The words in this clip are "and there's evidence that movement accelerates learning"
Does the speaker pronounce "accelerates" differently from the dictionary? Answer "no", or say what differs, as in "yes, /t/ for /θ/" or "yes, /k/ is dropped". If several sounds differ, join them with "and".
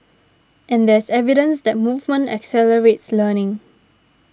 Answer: no